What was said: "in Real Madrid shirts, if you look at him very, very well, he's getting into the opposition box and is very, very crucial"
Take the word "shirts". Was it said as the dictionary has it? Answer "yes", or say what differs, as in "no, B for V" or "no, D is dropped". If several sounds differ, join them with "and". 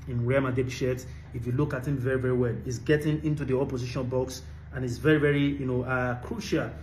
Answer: no, S is dropped